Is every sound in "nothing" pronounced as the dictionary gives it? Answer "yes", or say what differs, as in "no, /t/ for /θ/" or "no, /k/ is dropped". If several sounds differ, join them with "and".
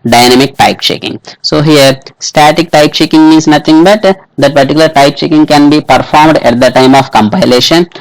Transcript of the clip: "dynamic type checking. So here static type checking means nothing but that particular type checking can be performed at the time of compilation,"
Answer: no, /t/ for /θ/